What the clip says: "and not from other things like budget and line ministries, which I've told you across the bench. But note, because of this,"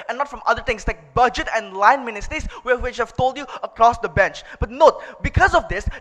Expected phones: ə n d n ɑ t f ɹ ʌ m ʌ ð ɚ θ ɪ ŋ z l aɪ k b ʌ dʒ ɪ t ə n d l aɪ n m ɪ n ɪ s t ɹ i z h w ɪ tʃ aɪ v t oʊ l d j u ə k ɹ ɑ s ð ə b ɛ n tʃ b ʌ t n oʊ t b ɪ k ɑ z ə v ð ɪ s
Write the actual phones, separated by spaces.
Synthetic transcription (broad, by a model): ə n n ɑ t f ɹ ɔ m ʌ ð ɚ t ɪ ŋ s l aɪ k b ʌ dʒ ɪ t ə n l aɪ n m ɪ n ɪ s t ɹ i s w w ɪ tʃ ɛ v t oʊ l d j u ə k ɹ ɑ s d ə b ɛ n tʃ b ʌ t n oʊ t b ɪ k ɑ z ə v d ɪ s